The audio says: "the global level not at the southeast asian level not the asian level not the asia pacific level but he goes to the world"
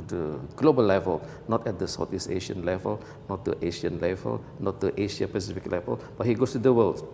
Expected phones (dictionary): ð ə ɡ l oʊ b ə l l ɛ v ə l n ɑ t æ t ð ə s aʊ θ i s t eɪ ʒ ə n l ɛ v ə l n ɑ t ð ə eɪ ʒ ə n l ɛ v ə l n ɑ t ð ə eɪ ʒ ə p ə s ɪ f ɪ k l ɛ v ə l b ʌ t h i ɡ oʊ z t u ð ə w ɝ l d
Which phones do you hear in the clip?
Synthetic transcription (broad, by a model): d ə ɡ l oʊ b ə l l ɛ v ə l n ɑ t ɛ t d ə s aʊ t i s eɪ ʃ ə n l ɛ v ə l n ɑ t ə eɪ ʃ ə n l ɛ v ə l n ɑ t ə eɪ ʃ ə p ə s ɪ f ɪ k l ɛ v ə l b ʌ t h i ɡ oʊ s t u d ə w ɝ l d